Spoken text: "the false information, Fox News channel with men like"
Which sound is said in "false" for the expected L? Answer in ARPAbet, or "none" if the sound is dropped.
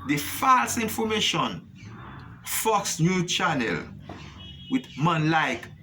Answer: L